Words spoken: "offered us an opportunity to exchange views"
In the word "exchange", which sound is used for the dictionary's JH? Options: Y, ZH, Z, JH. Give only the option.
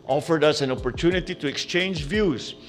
JH